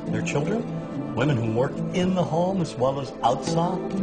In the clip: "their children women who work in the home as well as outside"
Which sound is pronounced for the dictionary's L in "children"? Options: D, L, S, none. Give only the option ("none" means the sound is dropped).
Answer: L